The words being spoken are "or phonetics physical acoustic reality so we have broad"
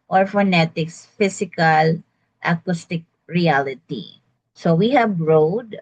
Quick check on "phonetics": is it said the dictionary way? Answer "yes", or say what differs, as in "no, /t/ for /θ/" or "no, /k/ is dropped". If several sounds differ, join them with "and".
yes